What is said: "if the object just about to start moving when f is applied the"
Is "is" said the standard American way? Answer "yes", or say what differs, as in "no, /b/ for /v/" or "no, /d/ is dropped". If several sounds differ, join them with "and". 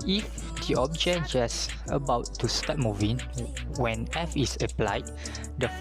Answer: no, /s/ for /z/